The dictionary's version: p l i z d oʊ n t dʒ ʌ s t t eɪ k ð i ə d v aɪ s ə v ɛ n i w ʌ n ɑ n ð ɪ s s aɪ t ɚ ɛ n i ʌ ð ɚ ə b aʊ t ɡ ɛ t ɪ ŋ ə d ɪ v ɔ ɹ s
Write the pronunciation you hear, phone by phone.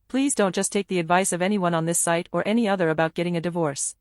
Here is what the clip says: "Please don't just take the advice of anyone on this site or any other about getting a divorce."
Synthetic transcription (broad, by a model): p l i z d oʊ n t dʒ ʌ s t t eɪ k ð i ə d v aɪ s ə v ɛ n i w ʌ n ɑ n ð ɪ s s aɪ t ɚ ɛ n i ʌ ð ɚ ə b aʊ t ɡ ɛ t ɪ ŋ ə d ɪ v ɔ ɹ s